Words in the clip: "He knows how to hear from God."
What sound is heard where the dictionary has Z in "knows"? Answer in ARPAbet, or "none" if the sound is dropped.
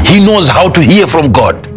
Z